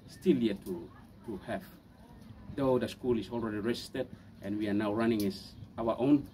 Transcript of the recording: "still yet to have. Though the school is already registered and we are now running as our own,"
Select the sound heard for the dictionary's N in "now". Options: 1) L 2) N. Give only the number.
2